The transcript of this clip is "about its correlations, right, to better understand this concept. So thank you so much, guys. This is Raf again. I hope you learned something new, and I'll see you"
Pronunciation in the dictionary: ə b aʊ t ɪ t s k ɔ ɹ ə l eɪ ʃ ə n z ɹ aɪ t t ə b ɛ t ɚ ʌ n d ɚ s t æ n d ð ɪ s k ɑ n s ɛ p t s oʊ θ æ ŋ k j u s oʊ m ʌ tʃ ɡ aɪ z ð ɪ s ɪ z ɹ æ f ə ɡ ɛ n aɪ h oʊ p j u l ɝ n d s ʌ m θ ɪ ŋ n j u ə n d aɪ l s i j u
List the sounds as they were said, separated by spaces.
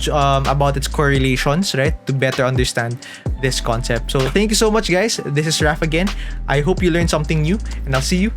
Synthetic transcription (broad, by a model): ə b aʊ t ɪ t s k ɔ ɹ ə l eɪ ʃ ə n s ɹ aɪ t t ə b ɛ t ɚ ʌ n d ɚ s t æ n d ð ɪ s k ɑ n s ɛ p t s oʊ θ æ ŋ k j u s oʊ m ʌ tʃ ɡ aɪ s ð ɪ s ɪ s ɹ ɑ f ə ɡ ɛ n aɪ h oʊ p j u l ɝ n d s ʌ m θ ɪ ŋ n j u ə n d aɪ l s i j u